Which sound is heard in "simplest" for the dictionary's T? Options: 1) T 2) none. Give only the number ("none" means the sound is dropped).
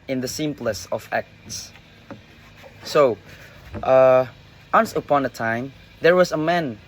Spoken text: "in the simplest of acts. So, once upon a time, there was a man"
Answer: 2